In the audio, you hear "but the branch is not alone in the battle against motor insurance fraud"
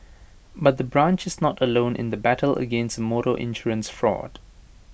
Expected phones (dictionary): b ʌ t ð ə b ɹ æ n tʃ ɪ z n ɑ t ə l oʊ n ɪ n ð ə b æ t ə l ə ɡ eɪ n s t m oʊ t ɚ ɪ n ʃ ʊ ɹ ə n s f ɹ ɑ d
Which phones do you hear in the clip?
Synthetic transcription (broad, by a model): b ʌ t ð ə b ɹ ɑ n tʃ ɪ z n ɑ t ə l oʊ n ɪ n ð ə b æ t ə l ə ɡ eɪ n s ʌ m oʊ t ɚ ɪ n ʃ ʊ ɹ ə n s f ɹ ɑ d